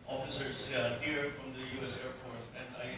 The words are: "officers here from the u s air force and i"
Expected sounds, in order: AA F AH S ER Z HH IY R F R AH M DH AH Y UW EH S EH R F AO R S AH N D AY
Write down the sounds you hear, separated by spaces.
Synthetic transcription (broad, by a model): AA F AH S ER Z HH IY R F R AH M DH AH Y UW EH S EH R P AO R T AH N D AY